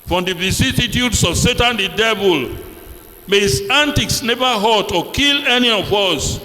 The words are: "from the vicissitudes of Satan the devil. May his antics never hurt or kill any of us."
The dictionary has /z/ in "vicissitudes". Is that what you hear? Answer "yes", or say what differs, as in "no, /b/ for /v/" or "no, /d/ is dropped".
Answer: no, /s/ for /z/